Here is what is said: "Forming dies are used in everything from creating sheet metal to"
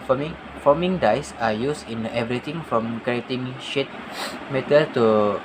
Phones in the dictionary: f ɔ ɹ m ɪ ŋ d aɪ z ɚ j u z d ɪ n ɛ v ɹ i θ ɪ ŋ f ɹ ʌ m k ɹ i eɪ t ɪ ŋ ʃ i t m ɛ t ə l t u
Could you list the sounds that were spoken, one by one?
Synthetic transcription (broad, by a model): f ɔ m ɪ ŋ d aɪ s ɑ j u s ɪ n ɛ v ɹ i t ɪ ŋ f ɹ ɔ m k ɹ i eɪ t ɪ ŋ ʃ i t m ɛ t ə l t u